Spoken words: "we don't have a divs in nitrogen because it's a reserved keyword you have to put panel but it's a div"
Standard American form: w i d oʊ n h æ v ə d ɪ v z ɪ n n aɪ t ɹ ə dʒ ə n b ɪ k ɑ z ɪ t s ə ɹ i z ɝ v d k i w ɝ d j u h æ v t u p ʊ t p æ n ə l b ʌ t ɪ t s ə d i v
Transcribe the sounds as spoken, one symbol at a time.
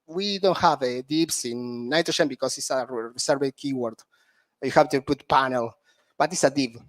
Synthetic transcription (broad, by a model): w i d oʊ n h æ v ə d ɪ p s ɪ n n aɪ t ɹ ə ʃ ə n b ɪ k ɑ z ɪ t s ə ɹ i s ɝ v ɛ k i w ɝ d j u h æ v t u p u t p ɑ n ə l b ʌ t ɪ t s ə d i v